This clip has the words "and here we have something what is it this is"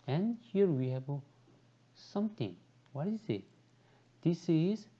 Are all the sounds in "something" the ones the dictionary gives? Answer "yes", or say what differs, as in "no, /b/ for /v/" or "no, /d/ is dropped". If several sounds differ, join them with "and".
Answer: no, /t/ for /θ/